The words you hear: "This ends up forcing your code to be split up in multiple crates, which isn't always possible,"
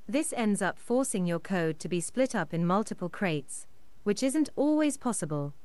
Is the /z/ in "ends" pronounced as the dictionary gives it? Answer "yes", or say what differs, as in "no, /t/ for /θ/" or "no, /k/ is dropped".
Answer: yes